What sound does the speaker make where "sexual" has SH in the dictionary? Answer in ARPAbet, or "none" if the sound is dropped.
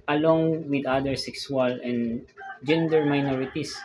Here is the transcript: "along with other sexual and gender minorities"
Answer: S